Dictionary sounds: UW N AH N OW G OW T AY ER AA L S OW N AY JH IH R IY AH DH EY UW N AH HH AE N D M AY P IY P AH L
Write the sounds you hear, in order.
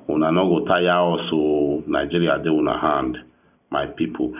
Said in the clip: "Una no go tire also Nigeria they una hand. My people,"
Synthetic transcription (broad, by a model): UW N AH N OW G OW T AY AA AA S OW N AY JH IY R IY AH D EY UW N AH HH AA N D M AY P IY P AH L